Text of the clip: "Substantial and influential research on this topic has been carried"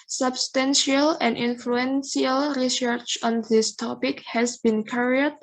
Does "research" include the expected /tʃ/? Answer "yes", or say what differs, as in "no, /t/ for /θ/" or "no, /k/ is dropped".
yes